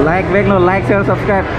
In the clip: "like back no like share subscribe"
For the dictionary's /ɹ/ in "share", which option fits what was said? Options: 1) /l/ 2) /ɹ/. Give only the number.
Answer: 1